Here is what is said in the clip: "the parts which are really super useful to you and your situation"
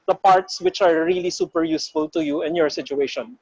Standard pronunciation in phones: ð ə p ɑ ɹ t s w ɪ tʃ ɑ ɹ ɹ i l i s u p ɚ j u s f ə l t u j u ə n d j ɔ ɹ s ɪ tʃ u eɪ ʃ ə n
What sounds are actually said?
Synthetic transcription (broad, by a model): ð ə p ɑ ɹ t s w ɪ tʃ ɑ ɹ ɹ i l i s u p ɚ j u s f ə l t u j u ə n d j ɔ ɹ s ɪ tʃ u eɪ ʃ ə n